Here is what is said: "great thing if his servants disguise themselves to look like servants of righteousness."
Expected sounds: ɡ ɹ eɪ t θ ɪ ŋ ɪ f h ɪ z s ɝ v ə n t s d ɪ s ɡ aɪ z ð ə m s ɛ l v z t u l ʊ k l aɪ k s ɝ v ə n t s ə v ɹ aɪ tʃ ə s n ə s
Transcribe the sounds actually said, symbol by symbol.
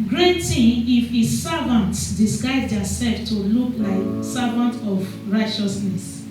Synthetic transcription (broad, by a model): ɡ ɹ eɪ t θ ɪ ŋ ɪ f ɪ s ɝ v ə n t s d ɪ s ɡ aɪ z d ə s ɛ l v t u l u k l aɪ k s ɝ v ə n t ə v ɹ aɪ tʃ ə s n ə s